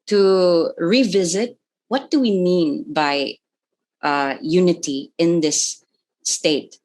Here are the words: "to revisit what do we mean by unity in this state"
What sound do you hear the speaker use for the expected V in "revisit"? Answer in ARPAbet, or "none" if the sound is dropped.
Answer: V